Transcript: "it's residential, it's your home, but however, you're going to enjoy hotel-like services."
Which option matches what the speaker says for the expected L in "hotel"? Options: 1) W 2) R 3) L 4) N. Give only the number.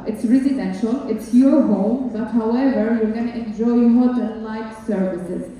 4